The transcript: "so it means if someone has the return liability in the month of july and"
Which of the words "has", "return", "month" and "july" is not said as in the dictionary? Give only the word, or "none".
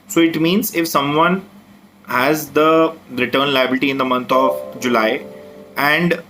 month